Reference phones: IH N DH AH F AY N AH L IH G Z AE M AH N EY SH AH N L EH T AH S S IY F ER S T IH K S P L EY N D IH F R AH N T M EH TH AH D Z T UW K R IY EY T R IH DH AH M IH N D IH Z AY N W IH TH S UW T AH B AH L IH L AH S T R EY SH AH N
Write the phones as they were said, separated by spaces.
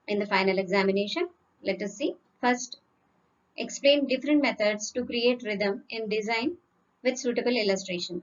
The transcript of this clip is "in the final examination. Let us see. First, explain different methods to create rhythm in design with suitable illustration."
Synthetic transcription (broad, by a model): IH N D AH F AY N AH L IH G Z AE M AH N EY SH AH N L EH T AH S S IY F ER S T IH K S P L EY N D IH F R AH N T M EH T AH D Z T UW K R IY EY T R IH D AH M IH N D IH Z AY N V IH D S UW T AH B AH L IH L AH S T R EY SH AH N